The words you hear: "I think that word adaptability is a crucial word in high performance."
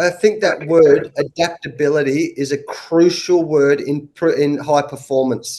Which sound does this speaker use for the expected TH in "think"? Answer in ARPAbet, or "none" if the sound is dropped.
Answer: TH